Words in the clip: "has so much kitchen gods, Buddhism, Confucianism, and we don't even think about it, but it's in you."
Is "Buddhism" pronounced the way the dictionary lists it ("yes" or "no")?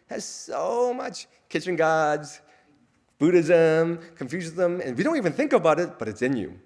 yes